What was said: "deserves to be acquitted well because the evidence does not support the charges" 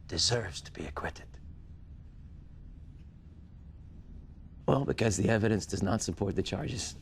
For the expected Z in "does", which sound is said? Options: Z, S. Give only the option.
Z